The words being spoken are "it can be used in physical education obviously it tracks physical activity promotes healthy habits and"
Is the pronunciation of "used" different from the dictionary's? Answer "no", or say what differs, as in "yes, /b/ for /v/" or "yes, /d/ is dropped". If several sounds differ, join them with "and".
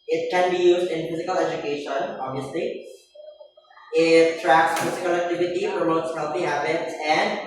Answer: no